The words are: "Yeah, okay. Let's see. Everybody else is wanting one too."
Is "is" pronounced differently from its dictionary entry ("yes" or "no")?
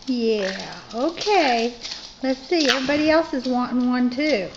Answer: no